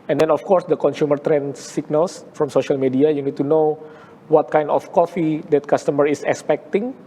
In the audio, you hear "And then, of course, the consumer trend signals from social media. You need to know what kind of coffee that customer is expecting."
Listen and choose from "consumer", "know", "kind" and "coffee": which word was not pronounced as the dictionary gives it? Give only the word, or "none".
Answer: none